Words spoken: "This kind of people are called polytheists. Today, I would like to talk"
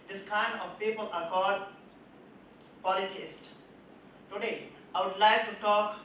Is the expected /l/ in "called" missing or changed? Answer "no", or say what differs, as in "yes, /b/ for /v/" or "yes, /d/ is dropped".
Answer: yes, /l/ is dropped